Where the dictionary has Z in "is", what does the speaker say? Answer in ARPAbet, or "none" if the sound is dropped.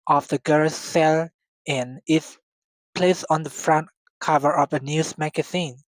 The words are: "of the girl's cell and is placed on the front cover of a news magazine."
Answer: S